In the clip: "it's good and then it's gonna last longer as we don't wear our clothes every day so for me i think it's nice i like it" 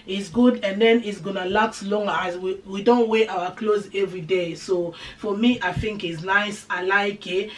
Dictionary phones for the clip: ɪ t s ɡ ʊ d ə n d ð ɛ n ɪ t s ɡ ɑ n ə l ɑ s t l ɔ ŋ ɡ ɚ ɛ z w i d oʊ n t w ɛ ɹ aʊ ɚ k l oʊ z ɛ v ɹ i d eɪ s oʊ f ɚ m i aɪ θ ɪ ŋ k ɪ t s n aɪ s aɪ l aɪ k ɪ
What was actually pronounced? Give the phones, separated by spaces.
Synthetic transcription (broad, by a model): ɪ t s ɡ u d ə n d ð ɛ n ɪ t s ɡ ɑ n ə l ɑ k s l ɔ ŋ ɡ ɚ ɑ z w i d oʊ n t w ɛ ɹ aʊ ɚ k l oʊ z ɛ v ɹ i d eɪ s oʊ f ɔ m i aɪ θ ɪ ŋ k ɪ t s n aɪ s aɪ l aɪ k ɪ